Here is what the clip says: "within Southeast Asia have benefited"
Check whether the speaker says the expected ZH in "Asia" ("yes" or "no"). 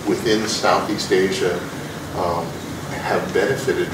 yes